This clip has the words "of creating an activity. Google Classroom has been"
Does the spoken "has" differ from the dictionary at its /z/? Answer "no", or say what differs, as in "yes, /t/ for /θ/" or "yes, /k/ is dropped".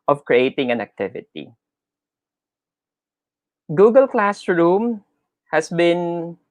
yes, /s/ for /z/